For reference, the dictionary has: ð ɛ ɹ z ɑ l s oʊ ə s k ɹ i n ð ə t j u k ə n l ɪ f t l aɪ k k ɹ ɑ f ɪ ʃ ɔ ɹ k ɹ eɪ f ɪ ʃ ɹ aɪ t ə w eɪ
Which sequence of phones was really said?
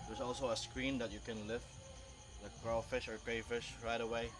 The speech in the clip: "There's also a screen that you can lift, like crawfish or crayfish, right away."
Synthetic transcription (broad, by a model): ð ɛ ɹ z ɑ l s oʊ ə s k ɹ i n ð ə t j u k ə n l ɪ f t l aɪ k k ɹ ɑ f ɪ ʃ ɔ ɹ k ɹ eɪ f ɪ ʃ ɹ aɪ t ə w eɪ